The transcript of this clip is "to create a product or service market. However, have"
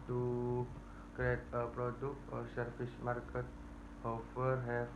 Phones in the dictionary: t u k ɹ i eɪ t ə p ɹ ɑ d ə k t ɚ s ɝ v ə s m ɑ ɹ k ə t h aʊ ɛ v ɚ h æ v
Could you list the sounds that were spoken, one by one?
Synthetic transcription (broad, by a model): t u k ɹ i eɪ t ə p ɹ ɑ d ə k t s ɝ f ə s m ɑ ɹ k ə t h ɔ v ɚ h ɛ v